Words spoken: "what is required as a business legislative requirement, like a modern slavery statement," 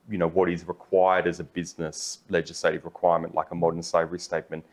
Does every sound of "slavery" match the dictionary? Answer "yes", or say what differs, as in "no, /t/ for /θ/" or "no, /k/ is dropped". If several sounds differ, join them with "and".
no, /l/ is dropped